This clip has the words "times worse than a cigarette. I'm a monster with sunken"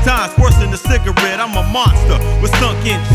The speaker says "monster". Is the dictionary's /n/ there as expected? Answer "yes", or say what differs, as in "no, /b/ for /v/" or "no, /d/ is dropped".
yes